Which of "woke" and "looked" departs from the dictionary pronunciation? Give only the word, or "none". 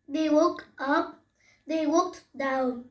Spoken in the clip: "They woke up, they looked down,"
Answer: looked